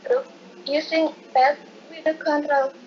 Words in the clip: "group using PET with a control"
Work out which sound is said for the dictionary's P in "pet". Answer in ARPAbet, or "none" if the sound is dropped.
B